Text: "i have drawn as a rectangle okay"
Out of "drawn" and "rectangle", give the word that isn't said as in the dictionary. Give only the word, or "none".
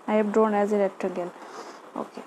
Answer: rectangle